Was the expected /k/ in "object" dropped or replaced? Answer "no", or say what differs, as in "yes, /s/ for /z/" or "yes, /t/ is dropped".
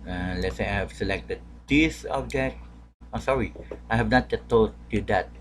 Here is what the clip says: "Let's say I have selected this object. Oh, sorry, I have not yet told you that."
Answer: yes, /k/ is dropped